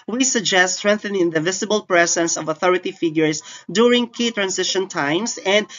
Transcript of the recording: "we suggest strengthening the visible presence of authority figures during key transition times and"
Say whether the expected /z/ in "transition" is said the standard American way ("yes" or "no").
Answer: no